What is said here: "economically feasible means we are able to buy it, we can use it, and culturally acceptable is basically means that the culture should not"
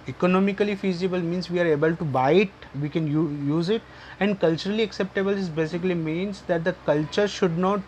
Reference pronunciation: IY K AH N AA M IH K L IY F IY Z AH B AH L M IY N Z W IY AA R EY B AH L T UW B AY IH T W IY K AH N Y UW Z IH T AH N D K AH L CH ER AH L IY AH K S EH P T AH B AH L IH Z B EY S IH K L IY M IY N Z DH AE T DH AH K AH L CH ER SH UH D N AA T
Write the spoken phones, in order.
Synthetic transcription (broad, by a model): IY K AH N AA M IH K L IY F IY Z AH B AH L M IY N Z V IY AA R EY B AH L T UW B AY IH T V IY K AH N Y UW Z IH T AH N D K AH L CH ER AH L IY AH K S EH P T AH B AH L IH Z B EY S IH K L IY M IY N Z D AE T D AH K AH L CH ER SH UH D N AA T